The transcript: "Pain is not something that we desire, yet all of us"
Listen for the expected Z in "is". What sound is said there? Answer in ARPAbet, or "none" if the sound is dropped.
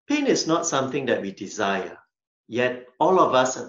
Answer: S